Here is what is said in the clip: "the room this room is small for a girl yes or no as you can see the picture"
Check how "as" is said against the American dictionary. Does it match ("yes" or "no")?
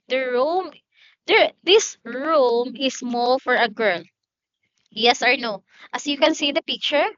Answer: no